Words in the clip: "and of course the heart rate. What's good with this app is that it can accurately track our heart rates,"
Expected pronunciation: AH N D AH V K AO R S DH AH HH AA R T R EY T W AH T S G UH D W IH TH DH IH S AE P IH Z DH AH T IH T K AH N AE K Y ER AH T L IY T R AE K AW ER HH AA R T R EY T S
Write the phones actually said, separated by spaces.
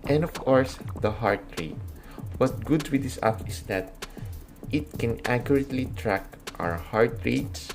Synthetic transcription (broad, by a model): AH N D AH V K AO R S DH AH HH AA R T R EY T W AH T G UH D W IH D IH S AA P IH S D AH T IH T K AH N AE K Y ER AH T L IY T R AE K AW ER HH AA R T R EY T S